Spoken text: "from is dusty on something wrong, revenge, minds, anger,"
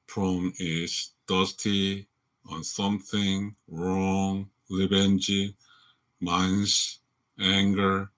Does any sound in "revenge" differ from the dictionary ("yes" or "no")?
yes